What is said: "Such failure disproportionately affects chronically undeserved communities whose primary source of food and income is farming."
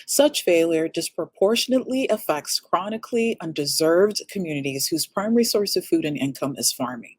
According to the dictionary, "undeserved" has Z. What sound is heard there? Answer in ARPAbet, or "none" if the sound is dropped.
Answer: Z